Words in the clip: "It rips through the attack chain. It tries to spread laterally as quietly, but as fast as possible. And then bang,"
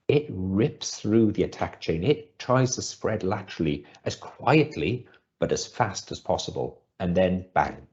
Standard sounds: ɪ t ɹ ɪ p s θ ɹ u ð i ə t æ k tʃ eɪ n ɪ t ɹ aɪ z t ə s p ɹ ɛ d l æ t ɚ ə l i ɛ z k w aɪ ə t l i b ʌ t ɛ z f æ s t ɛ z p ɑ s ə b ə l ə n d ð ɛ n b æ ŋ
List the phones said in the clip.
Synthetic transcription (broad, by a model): ɪ t ɹ ɪ p s θ ɹ u ð i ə t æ k tʃ eɪ n ɪ t ɹ aɪ z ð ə s p ɹ ɛ d l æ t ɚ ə l i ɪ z k w aɪ ə t l i b ʌ t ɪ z f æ s t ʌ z p ɑ s ə b ə l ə n ð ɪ n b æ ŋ